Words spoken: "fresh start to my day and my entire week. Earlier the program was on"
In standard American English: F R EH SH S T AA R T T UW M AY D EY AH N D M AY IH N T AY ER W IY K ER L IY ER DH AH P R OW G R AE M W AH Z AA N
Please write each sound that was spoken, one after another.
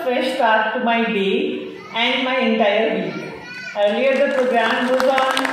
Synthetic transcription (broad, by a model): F R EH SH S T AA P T T UW M AY D EY AH N D M AY IH N T AY ER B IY ER L IY ER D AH P R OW G R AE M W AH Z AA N